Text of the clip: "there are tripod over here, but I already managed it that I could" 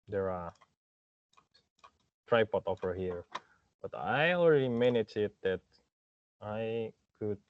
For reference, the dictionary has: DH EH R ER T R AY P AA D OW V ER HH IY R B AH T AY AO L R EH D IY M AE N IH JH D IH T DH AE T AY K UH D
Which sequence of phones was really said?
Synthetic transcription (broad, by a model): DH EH R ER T R AY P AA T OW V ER HH IY R B AH T AY AO L R EH D IY M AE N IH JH IH T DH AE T AY K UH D